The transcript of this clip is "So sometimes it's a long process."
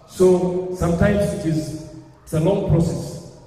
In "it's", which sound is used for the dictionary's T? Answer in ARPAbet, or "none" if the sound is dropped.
S